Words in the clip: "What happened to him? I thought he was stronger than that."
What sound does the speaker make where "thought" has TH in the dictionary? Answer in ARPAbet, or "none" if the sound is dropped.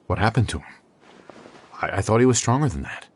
TH